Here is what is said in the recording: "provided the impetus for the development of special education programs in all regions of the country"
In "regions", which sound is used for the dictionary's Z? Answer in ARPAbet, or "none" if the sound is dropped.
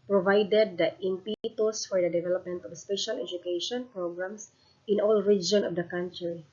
none